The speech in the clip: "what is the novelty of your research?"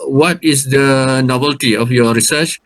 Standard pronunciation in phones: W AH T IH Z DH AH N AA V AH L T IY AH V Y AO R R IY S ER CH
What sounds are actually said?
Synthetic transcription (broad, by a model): W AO T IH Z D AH N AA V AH L T IY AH F Y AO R R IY S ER CH